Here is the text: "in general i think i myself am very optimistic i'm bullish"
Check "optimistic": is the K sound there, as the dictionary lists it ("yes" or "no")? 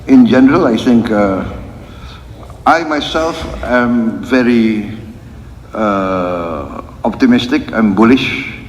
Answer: yes